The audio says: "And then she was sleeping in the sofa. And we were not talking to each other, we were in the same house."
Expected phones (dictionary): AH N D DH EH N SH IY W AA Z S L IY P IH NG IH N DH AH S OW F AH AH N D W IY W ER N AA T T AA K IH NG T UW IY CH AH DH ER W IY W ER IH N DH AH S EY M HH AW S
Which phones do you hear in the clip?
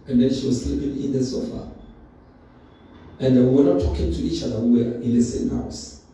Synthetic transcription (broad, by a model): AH N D EH N SH IY W AA Z S L IY P IH NG IH N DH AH S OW F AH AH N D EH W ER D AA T T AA K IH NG T UW IY CH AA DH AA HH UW W ER IH N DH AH S EY M HH AW S